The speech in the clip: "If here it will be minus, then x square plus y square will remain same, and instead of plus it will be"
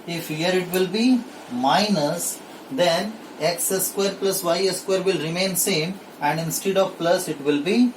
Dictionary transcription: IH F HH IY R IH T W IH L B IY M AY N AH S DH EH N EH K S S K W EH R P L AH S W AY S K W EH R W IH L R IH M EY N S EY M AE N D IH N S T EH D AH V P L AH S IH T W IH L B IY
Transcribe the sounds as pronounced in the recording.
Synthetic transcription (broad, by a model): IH F HH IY R IH T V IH L B IY M AY N AH S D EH N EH K S S K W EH R P L AH S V AY S K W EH R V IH L R IH M EY N S EY M AE N D IH N S T EH D AH V P L AH S IH T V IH L B IY